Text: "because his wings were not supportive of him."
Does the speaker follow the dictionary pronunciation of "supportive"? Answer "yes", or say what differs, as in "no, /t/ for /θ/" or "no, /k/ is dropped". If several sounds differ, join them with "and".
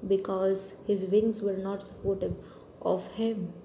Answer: no, /b/ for /v/